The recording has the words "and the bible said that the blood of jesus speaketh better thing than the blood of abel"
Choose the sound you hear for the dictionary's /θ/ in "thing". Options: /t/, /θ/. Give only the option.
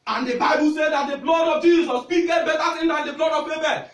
/t/